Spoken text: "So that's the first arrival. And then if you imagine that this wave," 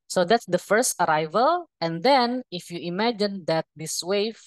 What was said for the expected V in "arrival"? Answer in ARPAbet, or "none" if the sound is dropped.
V